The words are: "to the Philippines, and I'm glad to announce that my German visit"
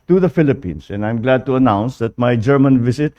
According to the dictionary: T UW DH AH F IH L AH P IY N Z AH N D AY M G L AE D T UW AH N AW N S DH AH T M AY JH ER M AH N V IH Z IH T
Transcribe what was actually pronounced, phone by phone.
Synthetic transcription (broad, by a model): T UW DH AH F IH L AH P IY N S AH N D AY M G L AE D T UW AH N AW N S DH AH T M AY JH ER M AH N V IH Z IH T